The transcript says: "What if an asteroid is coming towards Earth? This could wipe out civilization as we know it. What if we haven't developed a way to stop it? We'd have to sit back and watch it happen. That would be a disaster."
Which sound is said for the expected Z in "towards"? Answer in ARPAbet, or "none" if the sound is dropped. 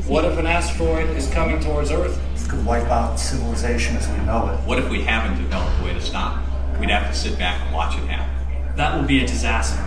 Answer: Z